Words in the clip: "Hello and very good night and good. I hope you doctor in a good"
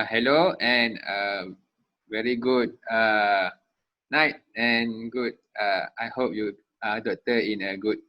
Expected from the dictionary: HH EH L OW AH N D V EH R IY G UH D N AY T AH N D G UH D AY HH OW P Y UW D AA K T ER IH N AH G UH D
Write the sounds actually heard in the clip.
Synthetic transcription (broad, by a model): HH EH L OW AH N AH V EH R IY G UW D N AY T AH N G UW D AY HH OW P Y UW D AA T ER IH N AH G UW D